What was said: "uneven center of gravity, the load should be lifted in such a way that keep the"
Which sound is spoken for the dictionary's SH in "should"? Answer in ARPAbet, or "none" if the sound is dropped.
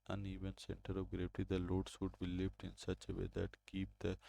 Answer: S